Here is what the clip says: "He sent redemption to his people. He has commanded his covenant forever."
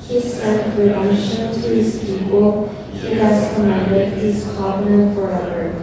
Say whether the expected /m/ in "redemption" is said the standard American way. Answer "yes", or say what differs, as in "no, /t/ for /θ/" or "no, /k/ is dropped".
no, /m/ is dropped